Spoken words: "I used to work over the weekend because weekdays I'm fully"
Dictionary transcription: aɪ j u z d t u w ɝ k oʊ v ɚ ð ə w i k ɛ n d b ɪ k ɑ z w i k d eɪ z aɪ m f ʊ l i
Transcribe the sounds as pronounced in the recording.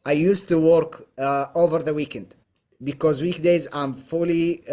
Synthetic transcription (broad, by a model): aɪ j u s t u w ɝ k oʊ v ɚ ð ə w i k ɛ n d b ɪ k ɑ z w i k d eɪ z aɪ m f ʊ l i